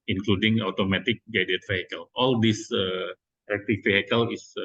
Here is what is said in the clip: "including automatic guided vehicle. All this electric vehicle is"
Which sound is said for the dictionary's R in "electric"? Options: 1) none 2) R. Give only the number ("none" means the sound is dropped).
1